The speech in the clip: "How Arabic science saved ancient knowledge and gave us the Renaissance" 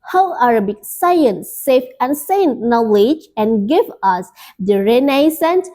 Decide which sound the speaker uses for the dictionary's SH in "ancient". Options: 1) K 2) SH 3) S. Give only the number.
3